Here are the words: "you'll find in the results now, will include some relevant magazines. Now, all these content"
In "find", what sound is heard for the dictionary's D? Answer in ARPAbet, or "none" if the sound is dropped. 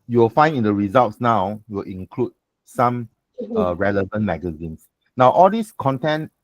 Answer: none